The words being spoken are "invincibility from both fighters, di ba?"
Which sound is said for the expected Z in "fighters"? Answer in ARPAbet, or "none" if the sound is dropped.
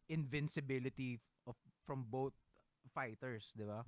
S